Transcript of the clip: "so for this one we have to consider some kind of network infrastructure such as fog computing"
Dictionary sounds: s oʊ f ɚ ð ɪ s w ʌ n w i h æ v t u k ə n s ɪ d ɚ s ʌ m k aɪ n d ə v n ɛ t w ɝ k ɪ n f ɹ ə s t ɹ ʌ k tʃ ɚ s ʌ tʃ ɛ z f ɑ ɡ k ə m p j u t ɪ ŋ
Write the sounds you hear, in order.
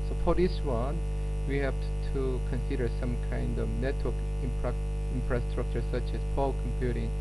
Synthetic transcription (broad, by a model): s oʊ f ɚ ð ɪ s w ʌ n w i h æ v t u k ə n s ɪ d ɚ s ʌ m k aɪ n d ə v n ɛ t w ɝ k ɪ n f ɹ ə s t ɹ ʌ k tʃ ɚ s ʌ tʃ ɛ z p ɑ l k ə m p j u t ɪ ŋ